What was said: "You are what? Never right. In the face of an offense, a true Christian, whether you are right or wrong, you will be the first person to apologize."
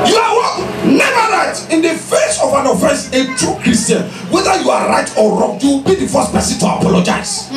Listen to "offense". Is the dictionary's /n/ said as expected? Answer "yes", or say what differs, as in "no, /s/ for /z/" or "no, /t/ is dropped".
no, /n/ is dropped